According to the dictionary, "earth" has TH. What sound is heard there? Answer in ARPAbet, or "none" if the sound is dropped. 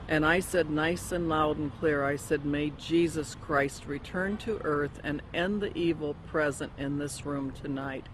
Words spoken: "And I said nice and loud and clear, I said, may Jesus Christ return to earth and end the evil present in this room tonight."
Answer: TH